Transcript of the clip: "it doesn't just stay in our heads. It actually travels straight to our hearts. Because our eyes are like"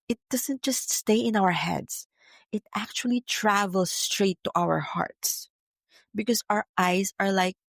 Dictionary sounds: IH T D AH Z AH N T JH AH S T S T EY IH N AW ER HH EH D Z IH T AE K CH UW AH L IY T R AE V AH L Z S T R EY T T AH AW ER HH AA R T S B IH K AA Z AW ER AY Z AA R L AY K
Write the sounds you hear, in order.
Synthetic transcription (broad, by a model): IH T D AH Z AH N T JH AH S T S T EY IH N AW ER HH EH D S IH T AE K CH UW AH L IY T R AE V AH L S T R EY T T AW ER HH AA R T S B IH K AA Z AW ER AY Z AA R L AY K